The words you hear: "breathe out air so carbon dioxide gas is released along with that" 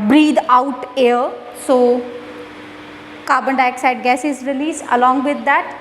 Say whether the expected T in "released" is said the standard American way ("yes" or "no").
no